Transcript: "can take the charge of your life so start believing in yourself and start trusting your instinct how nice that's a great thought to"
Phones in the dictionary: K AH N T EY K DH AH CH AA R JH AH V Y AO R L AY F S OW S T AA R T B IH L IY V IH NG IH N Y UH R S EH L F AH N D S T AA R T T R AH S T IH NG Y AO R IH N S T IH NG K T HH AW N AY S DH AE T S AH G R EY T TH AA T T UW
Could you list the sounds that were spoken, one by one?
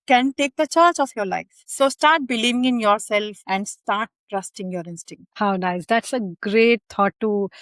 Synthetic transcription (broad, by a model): K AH N T EY K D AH CH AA R CH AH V Y AO R L AY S S OW S T AA R T B IH L IY V IH NG IH N Y UH R S EH L F AH N D S T AA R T T R AH S T IH NG Y AO R IH N S T IH NG K T HH AW N AY S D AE T S AH G R EY T T AA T T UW